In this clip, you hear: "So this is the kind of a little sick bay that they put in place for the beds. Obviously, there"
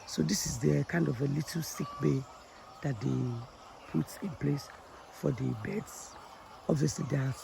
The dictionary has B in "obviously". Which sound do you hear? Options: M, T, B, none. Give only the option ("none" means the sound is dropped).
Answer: B